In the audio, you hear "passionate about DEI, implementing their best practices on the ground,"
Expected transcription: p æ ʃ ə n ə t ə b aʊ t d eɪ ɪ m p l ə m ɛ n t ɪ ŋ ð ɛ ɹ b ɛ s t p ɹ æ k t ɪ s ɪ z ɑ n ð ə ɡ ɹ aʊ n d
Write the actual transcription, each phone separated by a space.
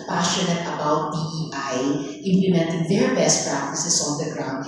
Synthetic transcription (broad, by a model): p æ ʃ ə n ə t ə b aʊ t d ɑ ɪ m p l ə m ɛ n t ɪ ŋ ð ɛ ɹ b ɛ s t p ɹ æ k t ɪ s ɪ s ɑ n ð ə ɡ ɹ aʊ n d